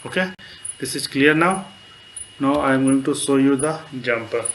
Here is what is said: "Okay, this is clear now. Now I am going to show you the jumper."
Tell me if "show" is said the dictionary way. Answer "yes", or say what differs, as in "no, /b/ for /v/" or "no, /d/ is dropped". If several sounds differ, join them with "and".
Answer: no, /s/ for /ʃ/